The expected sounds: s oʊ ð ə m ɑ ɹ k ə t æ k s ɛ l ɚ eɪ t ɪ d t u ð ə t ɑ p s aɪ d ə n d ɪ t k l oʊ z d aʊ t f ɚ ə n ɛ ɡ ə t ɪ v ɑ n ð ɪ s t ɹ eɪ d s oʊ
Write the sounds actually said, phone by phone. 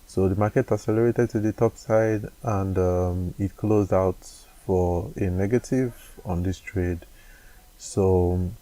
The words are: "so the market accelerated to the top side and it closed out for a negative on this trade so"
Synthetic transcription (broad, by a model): s oʊ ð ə m ɑ k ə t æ s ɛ l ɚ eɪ t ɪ d t u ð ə t ɑ p s aɪ d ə n d ɪ t k l oʊ z d aʊ t f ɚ ə n ɛ ɡ ə t ɪ v ɑ n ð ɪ s t ɹ eɪ d s oʊ